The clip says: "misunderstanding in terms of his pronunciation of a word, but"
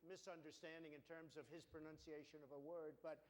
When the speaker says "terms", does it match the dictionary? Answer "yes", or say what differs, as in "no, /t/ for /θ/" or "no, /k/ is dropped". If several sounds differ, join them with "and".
yes